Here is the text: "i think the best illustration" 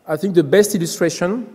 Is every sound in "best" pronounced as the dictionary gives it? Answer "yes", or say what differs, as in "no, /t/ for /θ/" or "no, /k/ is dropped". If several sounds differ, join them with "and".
yes